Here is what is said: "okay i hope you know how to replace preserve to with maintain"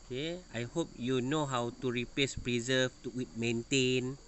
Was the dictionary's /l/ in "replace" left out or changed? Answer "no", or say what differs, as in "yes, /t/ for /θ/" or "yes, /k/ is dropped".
yes, /l/ is dropped